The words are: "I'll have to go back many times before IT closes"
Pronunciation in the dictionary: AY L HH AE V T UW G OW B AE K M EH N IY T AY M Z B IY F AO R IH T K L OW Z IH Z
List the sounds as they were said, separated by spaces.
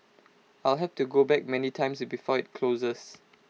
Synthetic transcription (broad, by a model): AY L HH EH F T UW G OW B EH K M EH N IY T AY M S B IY F AO IH T K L OW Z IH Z